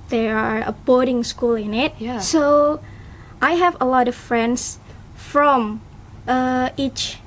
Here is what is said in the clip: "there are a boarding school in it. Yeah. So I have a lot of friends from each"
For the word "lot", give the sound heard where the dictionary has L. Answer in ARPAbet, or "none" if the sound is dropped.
L